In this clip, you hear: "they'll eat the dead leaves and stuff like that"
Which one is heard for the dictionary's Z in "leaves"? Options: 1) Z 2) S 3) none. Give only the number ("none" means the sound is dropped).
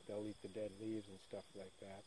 1